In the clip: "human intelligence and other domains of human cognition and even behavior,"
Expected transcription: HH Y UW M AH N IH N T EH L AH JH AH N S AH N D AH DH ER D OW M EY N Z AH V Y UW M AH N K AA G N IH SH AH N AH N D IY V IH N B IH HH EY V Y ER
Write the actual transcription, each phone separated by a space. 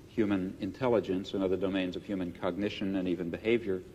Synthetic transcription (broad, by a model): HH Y UW M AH N IH N T EH L AH JH AH N S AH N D AH DH ER D OW M EY N Z AH V Y UW M AH N K AA G N IH SH AH N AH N IY V IH N B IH HH EY V Y ER